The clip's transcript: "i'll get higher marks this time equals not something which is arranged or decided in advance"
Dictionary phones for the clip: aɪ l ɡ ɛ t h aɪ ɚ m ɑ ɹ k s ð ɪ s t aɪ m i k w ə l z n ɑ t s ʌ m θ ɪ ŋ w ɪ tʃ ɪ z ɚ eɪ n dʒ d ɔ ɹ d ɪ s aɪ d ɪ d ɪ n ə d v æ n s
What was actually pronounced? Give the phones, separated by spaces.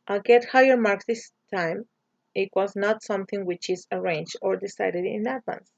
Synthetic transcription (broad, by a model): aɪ ɡ ɛ t h aɪ ɚ m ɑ ɹ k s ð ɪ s t aɪ m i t w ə z n ɑ t s ʌ m θ ɪ ŋ w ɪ tʃ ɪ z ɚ eɪ n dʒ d ɔ ɹ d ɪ s aɪ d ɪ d ɪ n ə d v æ n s